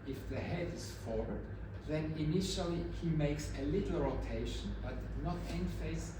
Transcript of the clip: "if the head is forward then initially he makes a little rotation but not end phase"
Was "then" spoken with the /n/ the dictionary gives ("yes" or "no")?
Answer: yes